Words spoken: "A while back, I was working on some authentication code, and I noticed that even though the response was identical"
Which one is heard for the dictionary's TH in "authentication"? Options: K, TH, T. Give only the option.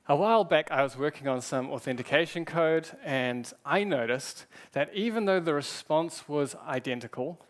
TH